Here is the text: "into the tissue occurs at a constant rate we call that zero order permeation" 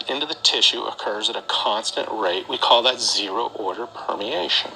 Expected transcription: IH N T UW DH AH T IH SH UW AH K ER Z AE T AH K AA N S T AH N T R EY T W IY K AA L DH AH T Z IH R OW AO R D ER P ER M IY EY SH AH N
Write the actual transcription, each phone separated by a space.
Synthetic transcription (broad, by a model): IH N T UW DH AH T IH SH UW AH K ER Z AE T AH K AA N S T AH N T R EY T W IY K AA L DH AH T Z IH R OW AO R D ER P ER M IY EY SH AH N